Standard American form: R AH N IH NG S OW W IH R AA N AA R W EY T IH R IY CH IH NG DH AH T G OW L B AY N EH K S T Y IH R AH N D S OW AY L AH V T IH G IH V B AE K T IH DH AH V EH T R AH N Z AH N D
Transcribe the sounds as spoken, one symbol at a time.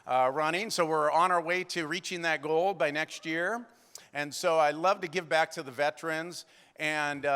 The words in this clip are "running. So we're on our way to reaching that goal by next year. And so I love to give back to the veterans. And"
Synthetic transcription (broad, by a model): R AH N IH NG S OW W IH R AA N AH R W EY T IH R IY CH IH NG DH AH T G OW L B AY N EH K S T Y IH R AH N S OW AY L AH V T IH G IH V B AE K T IH DH AH V EH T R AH N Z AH N